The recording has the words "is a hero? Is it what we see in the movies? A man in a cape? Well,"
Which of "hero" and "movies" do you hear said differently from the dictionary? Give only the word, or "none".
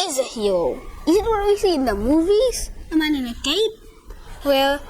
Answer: hero